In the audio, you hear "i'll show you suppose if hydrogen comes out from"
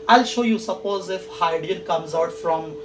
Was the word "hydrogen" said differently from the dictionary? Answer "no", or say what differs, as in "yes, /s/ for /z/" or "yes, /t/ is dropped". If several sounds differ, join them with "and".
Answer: yes, /ɹ/ is dropped and /dʒ/ is dropped